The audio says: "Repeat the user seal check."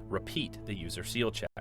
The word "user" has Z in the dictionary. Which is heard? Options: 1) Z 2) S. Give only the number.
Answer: 1